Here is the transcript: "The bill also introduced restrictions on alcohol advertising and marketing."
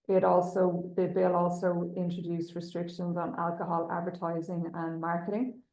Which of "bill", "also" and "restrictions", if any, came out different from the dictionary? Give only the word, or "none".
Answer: none